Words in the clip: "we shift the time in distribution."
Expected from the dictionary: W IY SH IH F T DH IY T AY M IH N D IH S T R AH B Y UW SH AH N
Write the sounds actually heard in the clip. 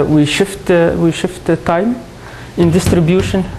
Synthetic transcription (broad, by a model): W IY SH IH F T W IY T AY M IH N D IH S T R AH B Y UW SH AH N